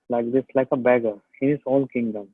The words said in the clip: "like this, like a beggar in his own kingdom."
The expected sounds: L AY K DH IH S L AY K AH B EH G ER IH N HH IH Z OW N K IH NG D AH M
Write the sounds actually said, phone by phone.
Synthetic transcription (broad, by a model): L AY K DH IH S L AY K AH B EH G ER IH N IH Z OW L K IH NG D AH M